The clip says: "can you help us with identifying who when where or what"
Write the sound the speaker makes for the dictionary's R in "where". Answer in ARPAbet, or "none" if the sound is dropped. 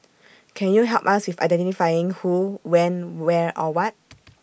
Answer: R